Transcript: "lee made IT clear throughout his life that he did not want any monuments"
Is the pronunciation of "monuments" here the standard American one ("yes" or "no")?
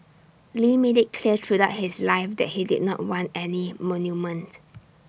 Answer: no